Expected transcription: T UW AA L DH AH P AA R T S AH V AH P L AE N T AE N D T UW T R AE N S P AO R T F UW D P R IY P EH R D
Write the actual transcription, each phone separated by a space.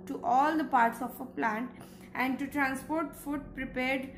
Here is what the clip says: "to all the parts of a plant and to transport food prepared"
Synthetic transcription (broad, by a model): T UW AA L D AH P AA R T S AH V AH P L AE N T AE N D T UW T R AE N S P AO R T F UW D P R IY P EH R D